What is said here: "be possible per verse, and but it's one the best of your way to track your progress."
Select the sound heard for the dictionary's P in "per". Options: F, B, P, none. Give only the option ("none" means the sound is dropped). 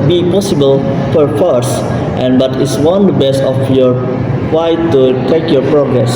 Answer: F